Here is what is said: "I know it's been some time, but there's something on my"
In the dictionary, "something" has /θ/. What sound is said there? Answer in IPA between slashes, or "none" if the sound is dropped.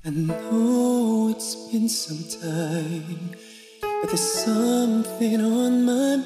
/θ/